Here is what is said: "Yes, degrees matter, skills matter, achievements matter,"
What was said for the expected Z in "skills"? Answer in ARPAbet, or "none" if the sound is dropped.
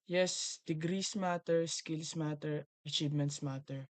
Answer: S